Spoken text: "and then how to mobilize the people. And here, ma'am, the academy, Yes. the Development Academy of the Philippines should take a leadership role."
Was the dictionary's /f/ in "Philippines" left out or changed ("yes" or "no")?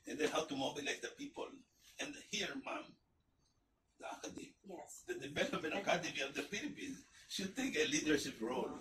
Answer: yes